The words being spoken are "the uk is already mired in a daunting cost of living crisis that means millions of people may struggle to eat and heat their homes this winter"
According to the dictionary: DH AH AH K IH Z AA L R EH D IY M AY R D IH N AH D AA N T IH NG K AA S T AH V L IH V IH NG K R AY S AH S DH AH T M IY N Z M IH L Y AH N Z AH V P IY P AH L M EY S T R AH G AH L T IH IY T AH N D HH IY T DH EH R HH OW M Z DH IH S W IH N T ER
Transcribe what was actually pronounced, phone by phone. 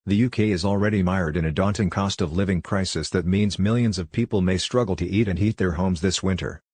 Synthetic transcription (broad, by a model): DH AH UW K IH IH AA L R EH D IY M AY R D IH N AH D AA N T IH NG K AA S T AH V L IH V IH NG K R AY S AH S DH AH T M IY N Z M IH L Y AH N Z AH V P IY P L M EY S T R AH G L T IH IY T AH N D HH IY T DH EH R HH OW M Z DH IH S W IH N T ER